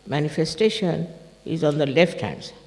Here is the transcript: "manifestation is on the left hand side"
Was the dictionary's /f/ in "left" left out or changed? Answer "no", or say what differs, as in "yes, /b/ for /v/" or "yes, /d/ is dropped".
no